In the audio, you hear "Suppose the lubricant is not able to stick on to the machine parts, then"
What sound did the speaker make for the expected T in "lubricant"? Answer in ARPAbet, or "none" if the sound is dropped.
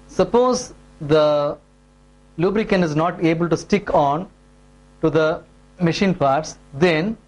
none